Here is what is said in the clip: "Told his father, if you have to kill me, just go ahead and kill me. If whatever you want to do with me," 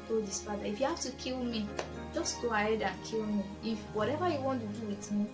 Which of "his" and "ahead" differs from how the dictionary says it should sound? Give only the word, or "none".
his